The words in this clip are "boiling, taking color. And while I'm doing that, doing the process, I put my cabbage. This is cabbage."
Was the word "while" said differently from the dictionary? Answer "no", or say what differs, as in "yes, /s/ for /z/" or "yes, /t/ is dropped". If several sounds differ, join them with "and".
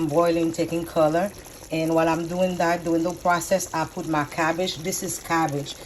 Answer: no